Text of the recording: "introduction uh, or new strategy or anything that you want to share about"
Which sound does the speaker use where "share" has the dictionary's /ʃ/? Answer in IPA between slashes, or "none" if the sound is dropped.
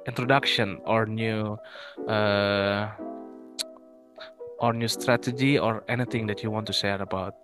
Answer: /s/